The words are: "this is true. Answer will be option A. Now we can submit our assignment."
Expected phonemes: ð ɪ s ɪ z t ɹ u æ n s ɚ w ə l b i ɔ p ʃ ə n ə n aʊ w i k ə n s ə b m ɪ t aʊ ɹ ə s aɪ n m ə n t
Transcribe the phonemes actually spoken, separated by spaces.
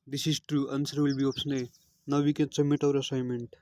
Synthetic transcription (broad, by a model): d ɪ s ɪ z t ɹ u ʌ n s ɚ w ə l b i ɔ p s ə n ə n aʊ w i k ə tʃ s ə m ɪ t aʊ ɹ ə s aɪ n m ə n t